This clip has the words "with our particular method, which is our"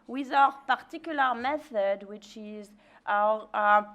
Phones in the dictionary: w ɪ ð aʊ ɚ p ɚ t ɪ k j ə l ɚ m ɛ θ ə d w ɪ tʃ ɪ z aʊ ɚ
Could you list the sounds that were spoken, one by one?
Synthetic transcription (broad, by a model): w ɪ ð aʊ ɚ p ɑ t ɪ k j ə l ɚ m ɛ θ ə d w ɪ tʃ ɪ z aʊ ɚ